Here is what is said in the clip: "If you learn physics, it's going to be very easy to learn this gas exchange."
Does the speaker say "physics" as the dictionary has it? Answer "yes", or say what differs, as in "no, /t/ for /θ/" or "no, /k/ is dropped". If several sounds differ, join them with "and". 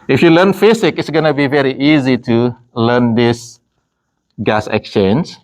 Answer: no, /s/ is dropped